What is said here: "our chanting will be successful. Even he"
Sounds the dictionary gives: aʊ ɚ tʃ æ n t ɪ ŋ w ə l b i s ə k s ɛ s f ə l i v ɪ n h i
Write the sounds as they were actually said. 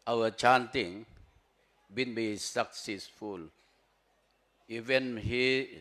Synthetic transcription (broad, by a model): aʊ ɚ tʃ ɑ n t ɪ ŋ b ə n b i s ə k s ɛ s f ə l i v ɪ n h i